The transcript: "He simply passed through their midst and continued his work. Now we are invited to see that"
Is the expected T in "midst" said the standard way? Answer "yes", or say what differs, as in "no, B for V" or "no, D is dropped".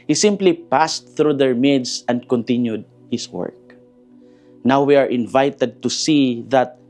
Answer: no, T is dropped